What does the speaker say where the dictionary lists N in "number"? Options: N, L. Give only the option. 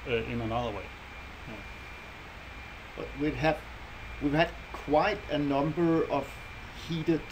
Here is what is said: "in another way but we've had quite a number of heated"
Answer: N